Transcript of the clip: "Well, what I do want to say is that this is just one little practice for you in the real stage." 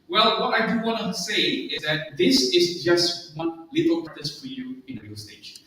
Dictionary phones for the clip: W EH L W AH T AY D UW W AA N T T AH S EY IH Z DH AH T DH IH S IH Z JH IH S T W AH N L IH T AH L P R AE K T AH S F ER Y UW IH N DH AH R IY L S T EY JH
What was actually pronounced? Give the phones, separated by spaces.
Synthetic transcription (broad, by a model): W EH L W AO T AY D UW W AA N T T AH S EY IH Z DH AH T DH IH S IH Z JH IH S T W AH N L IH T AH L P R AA T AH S F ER Y UW IH N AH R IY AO S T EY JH